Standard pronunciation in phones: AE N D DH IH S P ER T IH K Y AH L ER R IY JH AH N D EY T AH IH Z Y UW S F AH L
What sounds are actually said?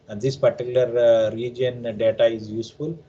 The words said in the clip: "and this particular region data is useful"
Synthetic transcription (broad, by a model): D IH S P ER T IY K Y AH L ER R IY JH AH N D EY T AH IH Z Y UW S F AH L